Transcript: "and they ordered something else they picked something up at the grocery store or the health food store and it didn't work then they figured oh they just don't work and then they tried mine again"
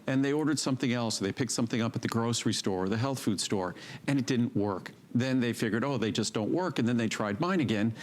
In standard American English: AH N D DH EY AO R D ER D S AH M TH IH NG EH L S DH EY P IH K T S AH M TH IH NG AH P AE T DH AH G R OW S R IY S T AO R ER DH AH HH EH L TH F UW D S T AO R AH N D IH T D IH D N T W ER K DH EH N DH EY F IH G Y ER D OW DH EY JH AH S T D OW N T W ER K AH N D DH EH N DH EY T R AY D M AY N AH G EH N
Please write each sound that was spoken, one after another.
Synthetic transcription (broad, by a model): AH N DH EY AO R D ER D S AH M TH IH NG EH L S DH EY P IH K T S AH M TH IH NG AH P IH T DH AH G R OW S R IY S T AO R ER DH AH HH EH L TH F UW D S T AO R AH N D IH T D IH D N T W ER K DH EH N DH EY F IH G Y ER D OW DH EY JH AH S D OW N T W ER K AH N DH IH N DH EY T R AY D M AY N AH G EH N